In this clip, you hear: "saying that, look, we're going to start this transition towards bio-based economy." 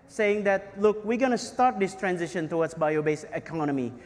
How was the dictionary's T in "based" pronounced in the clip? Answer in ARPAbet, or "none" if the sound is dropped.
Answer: none